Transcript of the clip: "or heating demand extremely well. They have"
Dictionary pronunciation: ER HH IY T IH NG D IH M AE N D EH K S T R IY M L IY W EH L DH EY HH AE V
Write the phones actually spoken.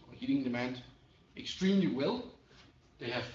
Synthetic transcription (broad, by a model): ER HH IY T IH NG D IH M AE N D EH K S T R IY M L IY W EH L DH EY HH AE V